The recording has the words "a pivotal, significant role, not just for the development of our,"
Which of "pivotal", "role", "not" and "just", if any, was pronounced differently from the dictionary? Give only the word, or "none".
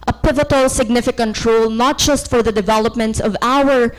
none